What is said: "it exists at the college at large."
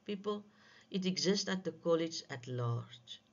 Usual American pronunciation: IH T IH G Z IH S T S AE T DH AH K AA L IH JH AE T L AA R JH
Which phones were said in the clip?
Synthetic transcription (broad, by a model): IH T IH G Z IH S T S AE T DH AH K AA L IH JH AE T L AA R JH